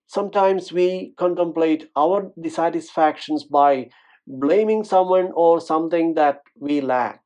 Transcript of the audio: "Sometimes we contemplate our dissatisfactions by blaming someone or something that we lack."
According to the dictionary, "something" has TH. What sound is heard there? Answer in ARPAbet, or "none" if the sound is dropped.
T